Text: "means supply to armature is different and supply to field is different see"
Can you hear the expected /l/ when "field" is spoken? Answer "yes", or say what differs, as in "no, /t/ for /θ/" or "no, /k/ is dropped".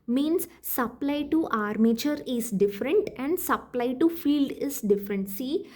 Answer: yes